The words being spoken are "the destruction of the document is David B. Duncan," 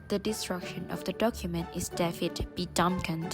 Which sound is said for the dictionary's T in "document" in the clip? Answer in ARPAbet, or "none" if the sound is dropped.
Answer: T